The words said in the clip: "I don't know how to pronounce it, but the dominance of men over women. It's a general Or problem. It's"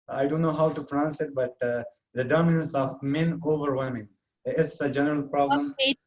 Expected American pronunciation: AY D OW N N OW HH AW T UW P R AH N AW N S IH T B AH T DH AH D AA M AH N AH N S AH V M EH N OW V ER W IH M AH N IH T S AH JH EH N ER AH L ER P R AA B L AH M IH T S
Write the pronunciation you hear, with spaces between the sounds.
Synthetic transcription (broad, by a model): AY D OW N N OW HH AW T UW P R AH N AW N S IH T B AH T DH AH D AA M AH N AH N S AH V M EH N OW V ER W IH M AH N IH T S AH JH EH N ER AH L P R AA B AH M